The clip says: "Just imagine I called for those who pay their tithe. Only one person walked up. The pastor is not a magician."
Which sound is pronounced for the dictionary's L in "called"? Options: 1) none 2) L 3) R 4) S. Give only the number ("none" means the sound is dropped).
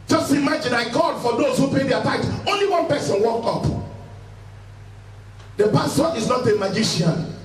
1